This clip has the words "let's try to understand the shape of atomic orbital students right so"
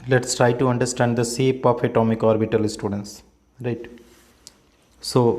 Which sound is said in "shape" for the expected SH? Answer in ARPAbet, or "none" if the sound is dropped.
S